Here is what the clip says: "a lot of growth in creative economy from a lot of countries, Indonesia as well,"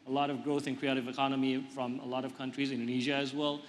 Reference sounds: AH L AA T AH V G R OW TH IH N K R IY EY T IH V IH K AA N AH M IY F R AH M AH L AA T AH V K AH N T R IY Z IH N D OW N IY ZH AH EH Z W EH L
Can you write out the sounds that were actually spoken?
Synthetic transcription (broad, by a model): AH L AA T AH V G R OW TH IH N K R IY EY T IH V IH K AA N AH M IY F R AH M AH L AA T AH V K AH N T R IY Z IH N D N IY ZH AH Z W EH L